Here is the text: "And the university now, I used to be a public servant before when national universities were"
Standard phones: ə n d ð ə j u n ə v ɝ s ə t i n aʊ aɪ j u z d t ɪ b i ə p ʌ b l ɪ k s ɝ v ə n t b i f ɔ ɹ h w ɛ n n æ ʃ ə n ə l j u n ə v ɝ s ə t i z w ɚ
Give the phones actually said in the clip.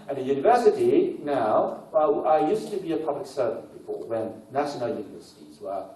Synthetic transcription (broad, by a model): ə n ð ə j u n ə v ɝ s ə t i n aʊ aɪ j u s t ɪ b i ə p ʌ b l ɪ k s ɝ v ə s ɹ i p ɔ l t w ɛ n n æ ʃ ə n ə l j u n ə v ɝ s ə t i z w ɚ